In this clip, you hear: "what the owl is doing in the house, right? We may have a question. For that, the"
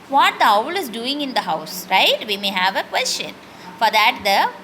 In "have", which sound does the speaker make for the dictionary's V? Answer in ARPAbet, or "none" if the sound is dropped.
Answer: V